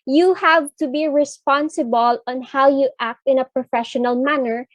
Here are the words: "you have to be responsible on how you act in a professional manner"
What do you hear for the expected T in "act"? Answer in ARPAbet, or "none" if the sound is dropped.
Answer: T